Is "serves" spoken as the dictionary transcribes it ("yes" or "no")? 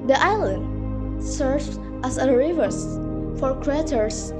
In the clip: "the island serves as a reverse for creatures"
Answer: no